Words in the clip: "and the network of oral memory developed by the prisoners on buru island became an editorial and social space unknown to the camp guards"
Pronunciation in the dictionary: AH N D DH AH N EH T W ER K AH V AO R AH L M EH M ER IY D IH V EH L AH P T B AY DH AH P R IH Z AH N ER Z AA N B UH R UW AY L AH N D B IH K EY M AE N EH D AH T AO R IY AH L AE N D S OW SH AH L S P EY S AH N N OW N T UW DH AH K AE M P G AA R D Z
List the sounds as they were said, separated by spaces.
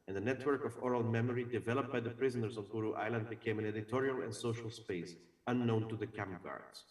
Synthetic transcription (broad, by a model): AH N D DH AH N EH T W ER K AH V AO R AH L M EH M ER IY D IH V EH L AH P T B AY DH AH P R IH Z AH N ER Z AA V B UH R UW AY L AH N D B IH K EY M AE N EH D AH T AO R IY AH L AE N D S OW SH AH L S P EY S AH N N OW N T UW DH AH K AE M P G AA R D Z